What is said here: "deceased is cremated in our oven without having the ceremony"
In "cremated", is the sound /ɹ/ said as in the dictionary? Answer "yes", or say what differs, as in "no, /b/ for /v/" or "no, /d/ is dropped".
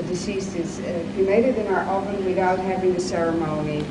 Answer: no, /ɹ/ is dropped